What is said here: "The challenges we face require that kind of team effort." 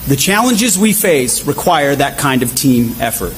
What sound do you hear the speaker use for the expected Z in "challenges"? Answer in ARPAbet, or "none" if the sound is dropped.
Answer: Z